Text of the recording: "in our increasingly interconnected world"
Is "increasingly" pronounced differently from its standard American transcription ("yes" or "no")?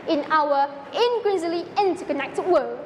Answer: yes